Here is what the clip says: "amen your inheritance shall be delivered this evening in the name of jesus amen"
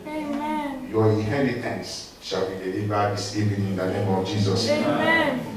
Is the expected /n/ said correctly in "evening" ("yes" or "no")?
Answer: no